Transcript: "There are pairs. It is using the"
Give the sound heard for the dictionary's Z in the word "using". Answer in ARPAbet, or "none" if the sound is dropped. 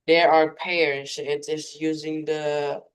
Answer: Z